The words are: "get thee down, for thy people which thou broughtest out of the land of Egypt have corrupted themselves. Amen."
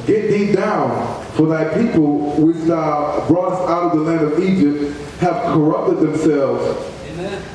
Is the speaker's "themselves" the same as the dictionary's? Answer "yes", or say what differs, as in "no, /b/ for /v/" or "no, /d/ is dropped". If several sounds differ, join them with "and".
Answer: yes